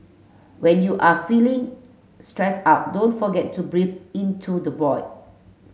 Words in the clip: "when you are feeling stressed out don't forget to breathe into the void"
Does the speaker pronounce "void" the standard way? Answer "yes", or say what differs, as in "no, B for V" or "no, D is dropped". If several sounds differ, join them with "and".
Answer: no, B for V